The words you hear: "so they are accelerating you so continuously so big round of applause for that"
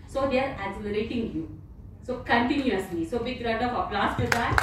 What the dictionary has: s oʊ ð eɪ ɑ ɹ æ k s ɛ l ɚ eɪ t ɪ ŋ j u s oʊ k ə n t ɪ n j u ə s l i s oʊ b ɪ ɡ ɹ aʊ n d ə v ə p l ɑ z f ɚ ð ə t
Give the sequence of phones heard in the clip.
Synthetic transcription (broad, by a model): s oʊ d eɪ ɑ ɹ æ s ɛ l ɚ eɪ t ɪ ŋ j u s oʊ k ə n t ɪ n j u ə s l i s oʊ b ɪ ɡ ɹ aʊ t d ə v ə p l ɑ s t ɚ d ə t